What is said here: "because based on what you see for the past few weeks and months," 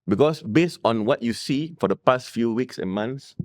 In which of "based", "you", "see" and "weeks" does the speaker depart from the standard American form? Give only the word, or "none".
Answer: none